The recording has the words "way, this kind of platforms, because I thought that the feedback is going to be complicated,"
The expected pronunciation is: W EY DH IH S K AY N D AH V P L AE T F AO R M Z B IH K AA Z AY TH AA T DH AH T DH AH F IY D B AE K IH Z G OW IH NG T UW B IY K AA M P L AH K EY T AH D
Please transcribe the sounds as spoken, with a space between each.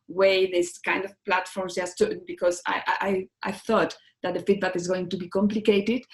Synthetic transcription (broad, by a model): W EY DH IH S K AY N D AH V P L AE T F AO R M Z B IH K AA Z AY TH AA T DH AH T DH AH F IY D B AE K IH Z G OW IH NG T UW B IY K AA M P L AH K EY T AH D